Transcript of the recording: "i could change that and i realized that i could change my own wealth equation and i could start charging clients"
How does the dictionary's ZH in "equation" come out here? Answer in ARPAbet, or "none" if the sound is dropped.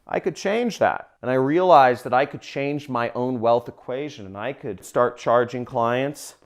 ZH